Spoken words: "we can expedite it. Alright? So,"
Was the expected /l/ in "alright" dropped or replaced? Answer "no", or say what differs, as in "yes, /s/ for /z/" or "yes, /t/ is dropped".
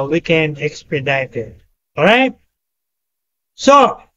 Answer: yes, /l/ is dropped